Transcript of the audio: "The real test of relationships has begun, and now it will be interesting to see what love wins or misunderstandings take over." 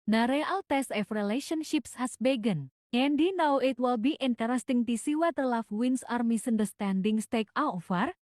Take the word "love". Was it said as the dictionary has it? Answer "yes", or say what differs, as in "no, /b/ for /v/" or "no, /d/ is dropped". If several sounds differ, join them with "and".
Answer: no, /f/ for /v/